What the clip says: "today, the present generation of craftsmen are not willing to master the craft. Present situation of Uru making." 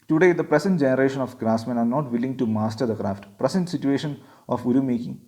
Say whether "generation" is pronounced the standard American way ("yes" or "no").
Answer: yes